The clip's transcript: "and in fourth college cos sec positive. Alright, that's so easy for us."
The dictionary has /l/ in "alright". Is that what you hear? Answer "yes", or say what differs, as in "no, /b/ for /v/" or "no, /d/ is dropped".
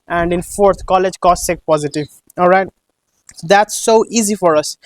yes